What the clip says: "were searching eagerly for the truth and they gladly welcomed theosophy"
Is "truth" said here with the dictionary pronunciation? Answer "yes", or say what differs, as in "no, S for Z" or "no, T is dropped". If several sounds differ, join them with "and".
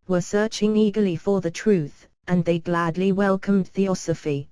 yes